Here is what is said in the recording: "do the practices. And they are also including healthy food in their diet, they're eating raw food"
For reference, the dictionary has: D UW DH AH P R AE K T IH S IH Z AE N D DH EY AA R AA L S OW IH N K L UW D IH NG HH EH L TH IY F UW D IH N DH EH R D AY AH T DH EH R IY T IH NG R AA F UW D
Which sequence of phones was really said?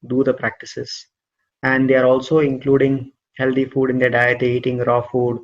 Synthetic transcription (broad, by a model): D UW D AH P R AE K T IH S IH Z AE N D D EY AA R AA L S OW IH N K L UW D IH NG HH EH L T IY F UW D IH N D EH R D AY AH T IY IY T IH NG R AA F UW D